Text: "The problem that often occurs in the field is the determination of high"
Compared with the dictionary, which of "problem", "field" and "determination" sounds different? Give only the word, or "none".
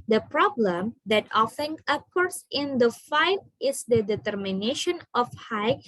field